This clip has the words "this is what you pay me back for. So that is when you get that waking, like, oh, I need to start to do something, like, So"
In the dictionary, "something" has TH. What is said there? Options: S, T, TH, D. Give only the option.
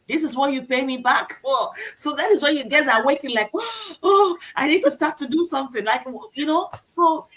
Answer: TH